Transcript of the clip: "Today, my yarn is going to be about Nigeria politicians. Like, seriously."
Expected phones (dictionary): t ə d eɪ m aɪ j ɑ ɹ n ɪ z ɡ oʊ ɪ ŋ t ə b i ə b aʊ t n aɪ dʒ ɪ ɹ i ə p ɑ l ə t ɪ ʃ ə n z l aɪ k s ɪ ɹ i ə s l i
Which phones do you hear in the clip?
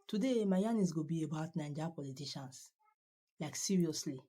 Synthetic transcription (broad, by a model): t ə d eɪ m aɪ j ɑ n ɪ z ɡ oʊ b i ə b aʊ t n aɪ dʒ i p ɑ l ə t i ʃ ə n s l aɪ k s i ɹ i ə s l i